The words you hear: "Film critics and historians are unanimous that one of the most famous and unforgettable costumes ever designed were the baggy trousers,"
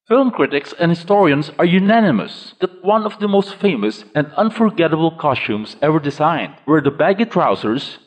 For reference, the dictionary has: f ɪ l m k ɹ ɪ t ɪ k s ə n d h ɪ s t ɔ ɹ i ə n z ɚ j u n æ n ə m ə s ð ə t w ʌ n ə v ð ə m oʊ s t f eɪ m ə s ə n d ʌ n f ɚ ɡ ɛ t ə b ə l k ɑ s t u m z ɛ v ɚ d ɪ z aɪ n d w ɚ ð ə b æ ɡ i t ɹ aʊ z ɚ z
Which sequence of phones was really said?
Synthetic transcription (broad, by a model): f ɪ l m k ɹ ɪ t ɪ k s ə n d h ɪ s t ɔ ɹ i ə n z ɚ j u n æ n ə m ə s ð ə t w ʌ n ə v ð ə m oʊ s t f eɪ m ə s ə n d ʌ n f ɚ ɡ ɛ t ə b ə l k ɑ s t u m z ɛ v ɚ d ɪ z aɪ n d w ɚ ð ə b æ ɡ i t ɹ aʊ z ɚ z